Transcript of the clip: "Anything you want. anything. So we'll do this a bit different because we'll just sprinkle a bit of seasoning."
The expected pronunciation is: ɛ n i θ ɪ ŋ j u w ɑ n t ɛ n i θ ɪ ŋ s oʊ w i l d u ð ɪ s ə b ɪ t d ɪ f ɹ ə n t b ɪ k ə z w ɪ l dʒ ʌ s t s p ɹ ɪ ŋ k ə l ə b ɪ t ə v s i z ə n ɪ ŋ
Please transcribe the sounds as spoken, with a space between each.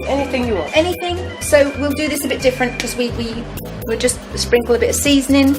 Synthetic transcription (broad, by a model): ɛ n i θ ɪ ŋ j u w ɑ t ɛ n i θ ɪ ŋ s oʊ w i l d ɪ ð ɪ s ə b ɪ t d ɪ f ɹ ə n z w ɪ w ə w ɪ l dʒ ʌ s t s p ɹ ɪ ŋ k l ə b ɪ t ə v s i z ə n ɪ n